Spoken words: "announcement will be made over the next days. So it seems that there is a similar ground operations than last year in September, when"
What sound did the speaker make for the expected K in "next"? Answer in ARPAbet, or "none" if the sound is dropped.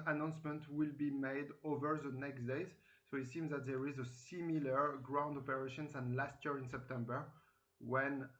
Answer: K